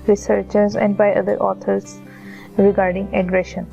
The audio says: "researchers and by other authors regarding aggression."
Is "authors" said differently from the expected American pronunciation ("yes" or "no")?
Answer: yes